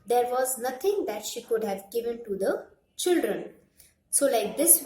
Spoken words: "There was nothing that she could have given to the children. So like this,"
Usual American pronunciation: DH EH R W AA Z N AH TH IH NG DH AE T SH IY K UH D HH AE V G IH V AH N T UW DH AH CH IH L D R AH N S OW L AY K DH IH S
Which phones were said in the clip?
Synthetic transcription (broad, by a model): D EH R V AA Z N AH T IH NG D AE T SH IY K UH D HH AE V G IH V AH N T UW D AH CH IH L D R AH N S OW L AY K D IH S